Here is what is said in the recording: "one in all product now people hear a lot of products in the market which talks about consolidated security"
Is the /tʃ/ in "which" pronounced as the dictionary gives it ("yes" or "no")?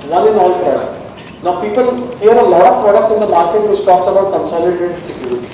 no